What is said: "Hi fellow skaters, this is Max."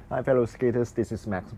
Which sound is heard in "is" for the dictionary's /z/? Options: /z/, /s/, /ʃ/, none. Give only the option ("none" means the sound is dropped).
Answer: /s/